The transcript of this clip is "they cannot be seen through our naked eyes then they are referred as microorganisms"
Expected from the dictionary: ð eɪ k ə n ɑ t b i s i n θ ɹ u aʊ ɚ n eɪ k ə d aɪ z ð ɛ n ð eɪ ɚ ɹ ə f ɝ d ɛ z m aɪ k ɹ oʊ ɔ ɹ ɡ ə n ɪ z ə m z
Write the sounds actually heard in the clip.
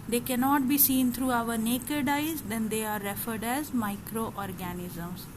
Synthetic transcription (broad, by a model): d eɪ k ə n ɑ t b i s i n t ɹ u aʊ ɚ n eɪ k ə d aɪ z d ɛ n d eɪ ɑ ɹ ə f ɝ d ɛ z m aɪ k ɹ oʊ ɔ ɹ ɡ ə n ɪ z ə m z